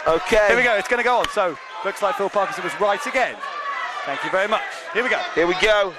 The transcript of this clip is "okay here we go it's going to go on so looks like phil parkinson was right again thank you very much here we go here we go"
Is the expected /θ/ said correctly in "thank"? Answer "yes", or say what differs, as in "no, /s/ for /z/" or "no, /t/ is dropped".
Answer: yes